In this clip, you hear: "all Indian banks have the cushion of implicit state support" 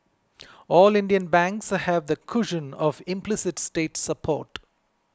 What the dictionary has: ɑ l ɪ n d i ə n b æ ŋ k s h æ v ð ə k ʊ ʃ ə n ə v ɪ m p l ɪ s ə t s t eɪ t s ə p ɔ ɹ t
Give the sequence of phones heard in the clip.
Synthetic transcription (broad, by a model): ɑ l ɪ n d i ə n b æ ŋ k s h æ v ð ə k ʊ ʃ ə n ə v ɪ m p l ɪ s ə t s t eɪ t s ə p ɔ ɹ t